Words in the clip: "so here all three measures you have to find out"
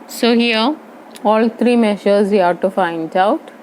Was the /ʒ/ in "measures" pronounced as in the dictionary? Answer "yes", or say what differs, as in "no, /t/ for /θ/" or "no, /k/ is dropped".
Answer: no, /ʃ/ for /ʒ/